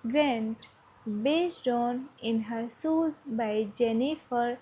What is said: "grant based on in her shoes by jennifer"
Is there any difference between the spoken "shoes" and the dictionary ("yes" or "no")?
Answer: yes